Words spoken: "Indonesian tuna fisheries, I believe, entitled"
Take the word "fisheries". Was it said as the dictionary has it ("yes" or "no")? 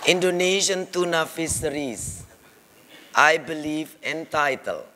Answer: no